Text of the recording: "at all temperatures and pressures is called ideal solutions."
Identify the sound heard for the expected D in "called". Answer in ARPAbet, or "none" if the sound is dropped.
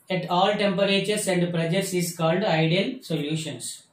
D